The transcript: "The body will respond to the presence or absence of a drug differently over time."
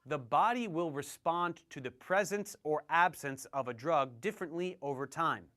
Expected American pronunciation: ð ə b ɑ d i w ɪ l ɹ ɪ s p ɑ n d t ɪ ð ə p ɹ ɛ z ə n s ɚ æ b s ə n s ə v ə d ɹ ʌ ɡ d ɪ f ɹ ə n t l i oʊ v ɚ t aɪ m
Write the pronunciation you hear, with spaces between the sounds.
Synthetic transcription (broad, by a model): ð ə b ɑ d i w ɪ l ɹ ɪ s p ɑ n t ɪ ð ə p ɹ ɛ z ə n s ɚ æ b s ə n s ə v ə d ɹ ʌ ɡ d ɪ f ɹ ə n t l i oʊ v ɚ t aɪ m